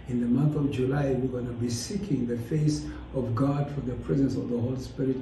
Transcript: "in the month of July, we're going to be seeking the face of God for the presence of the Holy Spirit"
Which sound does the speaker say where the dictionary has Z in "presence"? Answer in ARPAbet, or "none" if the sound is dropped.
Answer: Z